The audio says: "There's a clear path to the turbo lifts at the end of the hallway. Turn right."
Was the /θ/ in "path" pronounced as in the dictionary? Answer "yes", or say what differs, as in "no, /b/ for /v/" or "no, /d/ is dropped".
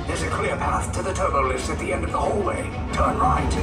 yes